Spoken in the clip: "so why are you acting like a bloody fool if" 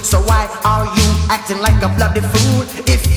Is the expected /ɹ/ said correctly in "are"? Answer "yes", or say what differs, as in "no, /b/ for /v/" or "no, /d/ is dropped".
no, /l/ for /ɹ/